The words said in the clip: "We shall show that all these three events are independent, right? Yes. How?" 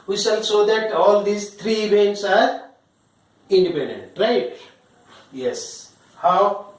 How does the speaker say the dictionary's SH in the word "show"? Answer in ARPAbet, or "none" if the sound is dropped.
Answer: S